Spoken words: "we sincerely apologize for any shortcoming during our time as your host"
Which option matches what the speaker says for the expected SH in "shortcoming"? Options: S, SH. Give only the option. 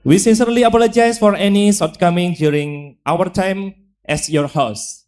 S